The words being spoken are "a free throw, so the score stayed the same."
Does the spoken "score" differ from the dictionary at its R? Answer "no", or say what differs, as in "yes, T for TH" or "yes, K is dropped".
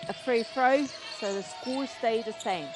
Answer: yes, L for R